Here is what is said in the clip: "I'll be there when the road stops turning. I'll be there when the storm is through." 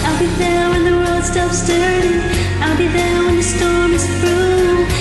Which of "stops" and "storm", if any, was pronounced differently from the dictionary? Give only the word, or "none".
none